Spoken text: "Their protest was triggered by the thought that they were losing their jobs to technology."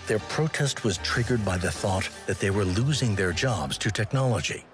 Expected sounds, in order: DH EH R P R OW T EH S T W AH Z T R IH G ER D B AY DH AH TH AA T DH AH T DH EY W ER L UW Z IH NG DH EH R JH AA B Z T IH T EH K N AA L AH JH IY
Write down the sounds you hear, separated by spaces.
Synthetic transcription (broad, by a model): DH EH R P R OW T EH S T W AH Z T R IH G ER D B AY DH AH TH AA T DH AH T DH EY W ER L UW Z IH NG DH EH R JH AA B Z T IH T EH K N AA L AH JH IY